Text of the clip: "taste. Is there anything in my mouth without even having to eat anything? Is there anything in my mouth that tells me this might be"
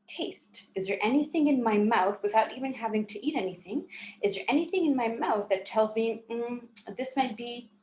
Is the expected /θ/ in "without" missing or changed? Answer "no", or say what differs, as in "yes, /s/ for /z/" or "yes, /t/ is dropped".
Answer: no